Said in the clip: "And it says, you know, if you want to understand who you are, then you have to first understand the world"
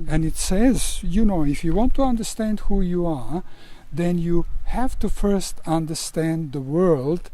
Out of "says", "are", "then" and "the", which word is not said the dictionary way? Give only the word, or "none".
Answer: none